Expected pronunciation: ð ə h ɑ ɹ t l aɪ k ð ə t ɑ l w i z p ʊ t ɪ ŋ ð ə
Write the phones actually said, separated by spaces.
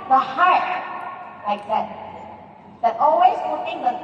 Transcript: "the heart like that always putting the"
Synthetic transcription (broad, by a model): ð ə h ɑ ɹ t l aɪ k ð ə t ɑ l w i z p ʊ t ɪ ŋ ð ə